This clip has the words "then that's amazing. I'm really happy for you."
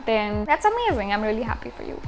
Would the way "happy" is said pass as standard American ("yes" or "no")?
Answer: yes